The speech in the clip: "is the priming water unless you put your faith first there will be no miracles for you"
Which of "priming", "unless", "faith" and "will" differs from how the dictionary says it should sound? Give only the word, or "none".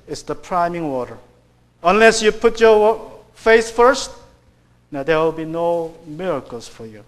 faith